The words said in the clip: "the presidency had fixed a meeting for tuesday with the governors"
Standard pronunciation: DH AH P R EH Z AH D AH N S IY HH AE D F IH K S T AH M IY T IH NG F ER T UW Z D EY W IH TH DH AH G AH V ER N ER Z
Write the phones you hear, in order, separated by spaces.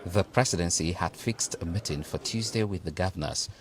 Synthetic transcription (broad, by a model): DH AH P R EH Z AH D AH N S IY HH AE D F IH K S T AH M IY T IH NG F ER T UW Z D EY W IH DH AH G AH V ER N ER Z